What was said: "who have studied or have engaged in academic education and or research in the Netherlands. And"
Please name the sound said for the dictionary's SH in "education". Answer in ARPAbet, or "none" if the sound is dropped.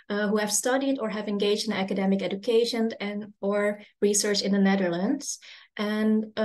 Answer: SH